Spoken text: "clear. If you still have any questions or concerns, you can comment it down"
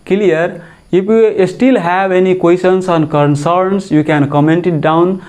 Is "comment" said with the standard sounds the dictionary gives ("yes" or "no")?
yes